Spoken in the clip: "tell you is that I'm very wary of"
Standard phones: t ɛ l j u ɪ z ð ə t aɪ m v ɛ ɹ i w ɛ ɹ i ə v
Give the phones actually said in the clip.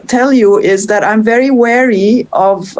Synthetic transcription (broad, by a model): t ɛ l j u ɪ z ð ə t aɪ m v ɛ ɹ i w ɛ ɹ i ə v